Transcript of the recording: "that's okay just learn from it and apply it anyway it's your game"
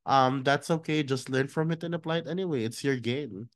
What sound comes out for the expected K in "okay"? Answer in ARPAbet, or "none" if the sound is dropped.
K